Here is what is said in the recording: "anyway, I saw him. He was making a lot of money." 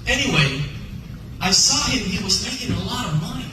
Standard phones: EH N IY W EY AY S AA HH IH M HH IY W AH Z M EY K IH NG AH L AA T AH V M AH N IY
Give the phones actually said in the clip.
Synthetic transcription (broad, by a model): EH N IY W EY AY S AA HH IH M HH IY W AH Z M EY K IH NG AH L AA T AH V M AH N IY